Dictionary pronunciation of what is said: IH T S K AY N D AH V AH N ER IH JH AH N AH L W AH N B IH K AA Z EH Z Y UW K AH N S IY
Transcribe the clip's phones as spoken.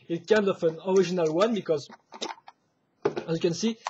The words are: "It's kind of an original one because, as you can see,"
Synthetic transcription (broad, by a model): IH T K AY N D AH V AH N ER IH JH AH N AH L W AH N B IH K AA Z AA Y K AH N S IY